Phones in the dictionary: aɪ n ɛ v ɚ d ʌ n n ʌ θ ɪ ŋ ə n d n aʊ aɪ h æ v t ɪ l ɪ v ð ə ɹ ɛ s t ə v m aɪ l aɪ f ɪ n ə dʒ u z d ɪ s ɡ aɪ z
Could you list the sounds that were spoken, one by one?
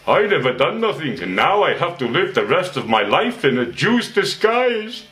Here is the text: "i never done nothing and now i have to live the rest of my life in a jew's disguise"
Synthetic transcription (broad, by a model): aɪ n ɛ v ɚ d ʌ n n ʌ θ ɪ ŋ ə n n aʊ aɪ h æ f t ɪ l ɪ v ð ə ɹ ɛ s t ə v m aɪ l aɪ f ɪ n ə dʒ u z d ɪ s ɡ aɪ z